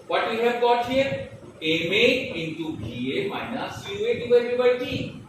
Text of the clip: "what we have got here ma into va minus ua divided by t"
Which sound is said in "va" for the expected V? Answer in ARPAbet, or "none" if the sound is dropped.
B